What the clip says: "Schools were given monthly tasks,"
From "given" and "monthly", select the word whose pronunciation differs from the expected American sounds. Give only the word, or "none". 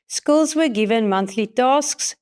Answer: none